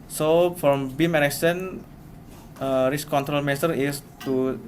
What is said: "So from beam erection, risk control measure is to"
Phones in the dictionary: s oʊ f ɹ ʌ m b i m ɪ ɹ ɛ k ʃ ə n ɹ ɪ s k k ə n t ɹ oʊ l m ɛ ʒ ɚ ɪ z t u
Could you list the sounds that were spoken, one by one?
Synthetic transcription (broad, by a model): s oʊ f ɹ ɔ m b i m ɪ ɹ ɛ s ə n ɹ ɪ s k k ə n t ɹ oʊ l m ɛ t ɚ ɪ s t u